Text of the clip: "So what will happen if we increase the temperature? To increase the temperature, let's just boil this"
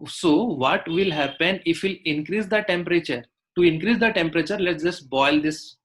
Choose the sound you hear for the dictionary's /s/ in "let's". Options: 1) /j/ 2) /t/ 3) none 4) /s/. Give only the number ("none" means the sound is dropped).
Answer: 3